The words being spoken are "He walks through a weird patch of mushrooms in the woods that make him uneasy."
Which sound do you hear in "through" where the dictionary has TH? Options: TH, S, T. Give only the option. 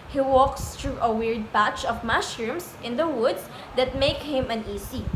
T